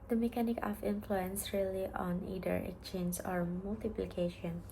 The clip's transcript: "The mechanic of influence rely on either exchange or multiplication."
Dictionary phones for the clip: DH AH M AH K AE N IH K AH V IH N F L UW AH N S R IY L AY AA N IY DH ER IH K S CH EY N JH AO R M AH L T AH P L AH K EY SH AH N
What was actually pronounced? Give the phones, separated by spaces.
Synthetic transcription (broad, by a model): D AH M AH K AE N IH K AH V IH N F L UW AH N S R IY L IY AA N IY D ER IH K CH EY N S AO R M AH L T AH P L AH K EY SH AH N